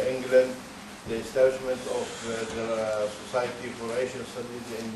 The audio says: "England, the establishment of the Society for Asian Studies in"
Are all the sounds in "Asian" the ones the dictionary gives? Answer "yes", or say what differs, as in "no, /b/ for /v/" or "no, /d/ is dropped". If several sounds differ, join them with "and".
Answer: no, /ʃ/ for /ʒ/